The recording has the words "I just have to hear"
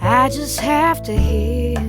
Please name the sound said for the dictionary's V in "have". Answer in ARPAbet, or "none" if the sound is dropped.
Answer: F